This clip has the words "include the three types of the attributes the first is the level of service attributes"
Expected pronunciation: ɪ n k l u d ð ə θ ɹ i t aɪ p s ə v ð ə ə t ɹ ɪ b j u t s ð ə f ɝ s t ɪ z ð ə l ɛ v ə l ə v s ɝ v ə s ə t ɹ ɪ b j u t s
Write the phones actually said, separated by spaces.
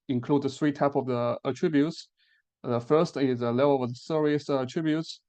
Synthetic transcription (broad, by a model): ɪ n k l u d ð ə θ ɹ i t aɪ p ə v ð ə ə t ɹ ɪ b j u t s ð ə f ɝ s t ɪ z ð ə l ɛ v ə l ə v s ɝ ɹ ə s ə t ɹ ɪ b j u t s